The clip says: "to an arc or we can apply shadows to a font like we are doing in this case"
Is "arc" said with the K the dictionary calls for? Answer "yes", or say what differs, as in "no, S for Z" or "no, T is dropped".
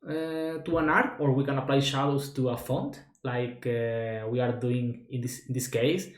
no, K is dropped